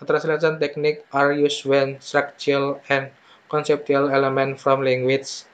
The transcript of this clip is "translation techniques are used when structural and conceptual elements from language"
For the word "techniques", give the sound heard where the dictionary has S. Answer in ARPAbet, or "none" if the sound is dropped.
none